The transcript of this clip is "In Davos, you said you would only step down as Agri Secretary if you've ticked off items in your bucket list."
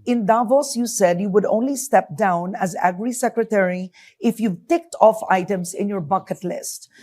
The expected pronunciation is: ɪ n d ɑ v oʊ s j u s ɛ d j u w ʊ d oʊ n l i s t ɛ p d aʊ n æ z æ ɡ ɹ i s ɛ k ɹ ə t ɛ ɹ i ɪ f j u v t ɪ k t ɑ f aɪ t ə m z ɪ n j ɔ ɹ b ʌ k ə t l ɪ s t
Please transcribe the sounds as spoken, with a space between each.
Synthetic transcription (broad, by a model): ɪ n d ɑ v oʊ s j u s ɛ d j u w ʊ d oʊ n l i s t ɛ p d aʊ n æ z æ ɡ ɹ i s ɛ k ɹ ə t ɛ ɹ i ɪ f j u t ɪ k t ɑ f aɪ t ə m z ɪ n j ɔ ɹ b ʌ k ə t l ɪ s t